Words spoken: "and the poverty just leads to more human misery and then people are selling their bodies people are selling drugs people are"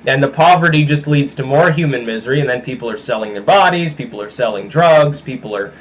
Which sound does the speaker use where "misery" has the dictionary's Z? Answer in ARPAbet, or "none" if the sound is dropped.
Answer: Z